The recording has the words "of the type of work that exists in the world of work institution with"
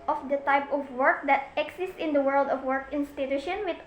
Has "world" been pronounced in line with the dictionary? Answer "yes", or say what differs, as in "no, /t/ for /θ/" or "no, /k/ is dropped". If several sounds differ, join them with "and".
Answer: yes